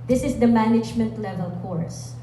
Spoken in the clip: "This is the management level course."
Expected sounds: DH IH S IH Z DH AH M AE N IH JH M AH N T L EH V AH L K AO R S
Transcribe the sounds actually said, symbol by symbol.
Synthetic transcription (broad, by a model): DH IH S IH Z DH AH M AE N IH JH M AH N T L EH V AH L K AO R S